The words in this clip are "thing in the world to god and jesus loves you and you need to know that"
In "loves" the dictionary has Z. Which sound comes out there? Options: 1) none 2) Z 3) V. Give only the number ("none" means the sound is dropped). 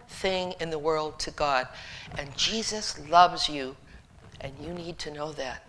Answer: 2